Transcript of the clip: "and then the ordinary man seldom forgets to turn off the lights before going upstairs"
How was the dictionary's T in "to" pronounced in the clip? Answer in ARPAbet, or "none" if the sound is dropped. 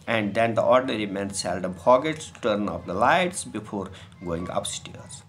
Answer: T